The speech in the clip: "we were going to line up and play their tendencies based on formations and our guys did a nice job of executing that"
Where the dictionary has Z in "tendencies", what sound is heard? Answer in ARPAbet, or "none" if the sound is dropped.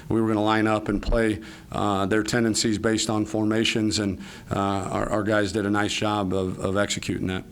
Z